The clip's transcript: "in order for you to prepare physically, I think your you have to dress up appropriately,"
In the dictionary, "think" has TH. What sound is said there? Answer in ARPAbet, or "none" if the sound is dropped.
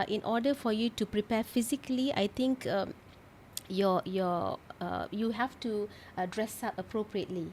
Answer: T